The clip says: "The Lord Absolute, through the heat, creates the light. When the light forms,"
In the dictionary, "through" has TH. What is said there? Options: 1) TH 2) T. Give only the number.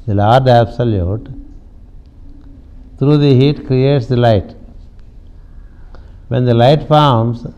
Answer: 2